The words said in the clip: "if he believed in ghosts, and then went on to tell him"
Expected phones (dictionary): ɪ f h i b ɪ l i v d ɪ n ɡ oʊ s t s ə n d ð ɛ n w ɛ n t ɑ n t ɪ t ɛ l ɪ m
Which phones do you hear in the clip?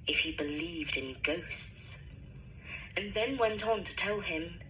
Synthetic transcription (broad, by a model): ɪ f h i b ɪ l i v d ɪ n ɡ oʊ s t s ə n ð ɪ n w ɛ n t n t ɪ t ɛ l ɪ m